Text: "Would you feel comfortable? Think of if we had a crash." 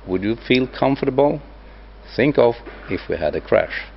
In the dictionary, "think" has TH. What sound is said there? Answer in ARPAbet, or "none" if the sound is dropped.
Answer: TH